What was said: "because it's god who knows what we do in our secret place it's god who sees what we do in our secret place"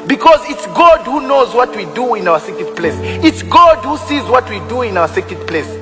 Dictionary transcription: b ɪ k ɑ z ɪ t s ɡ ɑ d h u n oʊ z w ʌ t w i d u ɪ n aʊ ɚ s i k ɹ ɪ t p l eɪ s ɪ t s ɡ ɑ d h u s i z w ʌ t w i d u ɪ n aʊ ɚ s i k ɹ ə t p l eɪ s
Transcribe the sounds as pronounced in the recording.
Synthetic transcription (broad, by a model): b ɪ k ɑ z ɪ t s ɡ ɑ d h u n oʊ z w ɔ t w i d u ɪ n aʊ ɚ s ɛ k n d p l eɪ s ɪ t s ɡ ɑ d h u s i z w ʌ t w i d u ɪ n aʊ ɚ s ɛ k ə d p l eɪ s